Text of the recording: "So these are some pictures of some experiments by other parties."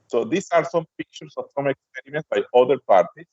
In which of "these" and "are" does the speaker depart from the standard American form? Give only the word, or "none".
these